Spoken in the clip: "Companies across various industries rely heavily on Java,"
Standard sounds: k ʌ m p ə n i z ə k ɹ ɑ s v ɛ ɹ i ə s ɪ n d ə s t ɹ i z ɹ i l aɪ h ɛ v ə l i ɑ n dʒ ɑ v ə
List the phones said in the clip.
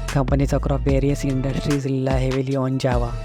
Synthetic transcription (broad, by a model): k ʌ m p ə n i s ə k ɹ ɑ v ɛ ɹ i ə s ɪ n d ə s t ɹ i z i l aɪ h ɛ v ə l i ɑ n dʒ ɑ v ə